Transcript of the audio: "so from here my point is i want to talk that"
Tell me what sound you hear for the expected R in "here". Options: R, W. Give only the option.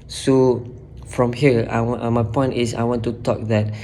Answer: W